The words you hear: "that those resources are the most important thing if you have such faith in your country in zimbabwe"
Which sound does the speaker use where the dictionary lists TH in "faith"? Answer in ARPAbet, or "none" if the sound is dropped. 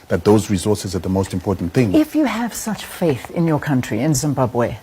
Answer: TH